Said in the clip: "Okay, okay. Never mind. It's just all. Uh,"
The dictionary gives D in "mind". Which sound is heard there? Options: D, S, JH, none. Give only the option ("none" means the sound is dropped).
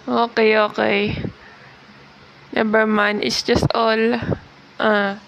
none